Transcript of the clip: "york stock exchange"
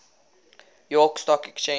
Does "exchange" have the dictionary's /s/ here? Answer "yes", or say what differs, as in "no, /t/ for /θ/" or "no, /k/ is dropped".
no, /s/ is dropped